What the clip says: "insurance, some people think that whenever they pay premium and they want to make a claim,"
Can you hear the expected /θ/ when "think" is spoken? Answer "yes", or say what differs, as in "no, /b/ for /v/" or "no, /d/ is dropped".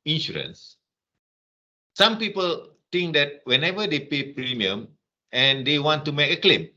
no, /t/ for /θ/